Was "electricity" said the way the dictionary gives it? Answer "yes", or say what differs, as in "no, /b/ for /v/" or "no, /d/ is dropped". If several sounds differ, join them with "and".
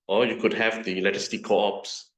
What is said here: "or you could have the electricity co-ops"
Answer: no, /k/ is dropped